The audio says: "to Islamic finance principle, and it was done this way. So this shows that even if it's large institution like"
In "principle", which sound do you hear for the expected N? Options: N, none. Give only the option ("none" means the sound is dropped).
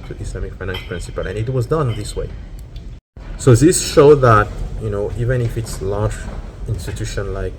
N